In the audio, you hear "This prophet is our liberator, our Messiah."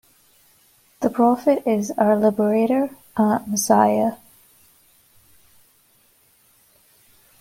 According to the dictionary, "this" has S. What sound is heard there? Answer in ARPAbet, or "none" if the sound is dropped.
none